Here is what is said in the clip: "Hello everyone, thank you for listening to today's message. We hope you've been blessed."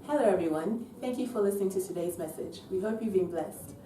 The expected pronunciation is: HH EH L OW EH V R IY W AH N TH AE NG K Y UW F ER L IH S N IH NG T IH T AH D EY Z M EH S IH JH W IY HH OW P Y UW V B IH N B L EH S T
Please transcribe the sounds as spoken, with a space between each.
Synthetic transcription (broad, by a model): HH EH L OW EH V R IY W AH N TH AE NG K Y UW F ER L IH S N IH NG T IH T AH D EY Z M EH S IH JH W IY HH OW P Y UW V B IH N B L EH S T